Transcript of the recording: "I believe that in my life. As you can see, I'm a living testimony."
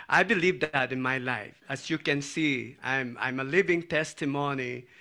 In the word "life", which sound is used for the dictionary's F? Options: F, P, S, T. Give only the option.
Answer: F